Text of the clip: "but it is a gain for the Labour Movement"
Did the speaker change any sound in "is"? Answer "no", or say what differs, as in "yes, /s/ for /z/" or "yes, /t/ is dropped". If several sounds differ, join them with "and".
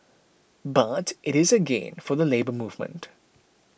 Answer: no